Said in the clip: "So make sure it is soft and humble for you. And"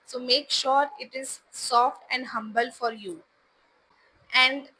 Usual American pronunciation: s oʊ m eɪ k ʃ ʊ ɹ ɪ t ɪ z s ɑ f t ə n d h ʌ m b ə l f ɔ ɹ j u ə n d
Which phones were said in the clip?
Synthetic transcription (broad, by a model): s oʊ m eɪ k ʃ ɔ ɹ ɪ t ɪ z s ɑ f t ə n d h ʌ m b ə l f ɔ ɹ j u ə n d